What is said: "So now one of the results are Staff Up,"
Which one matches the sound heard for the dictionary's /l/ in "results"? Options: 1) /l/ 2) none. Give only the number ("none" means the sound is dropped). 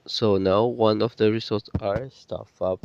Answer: 2